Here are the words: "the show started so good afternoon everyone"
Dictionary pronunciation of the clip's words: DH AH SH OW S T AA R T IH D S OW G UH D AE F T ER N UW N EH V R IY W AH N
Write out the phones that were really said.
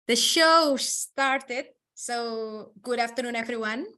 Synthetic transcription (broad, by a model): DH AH SH OW S T AA R T IH D S OW G UH D AE F T ER N UW N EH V R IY W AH N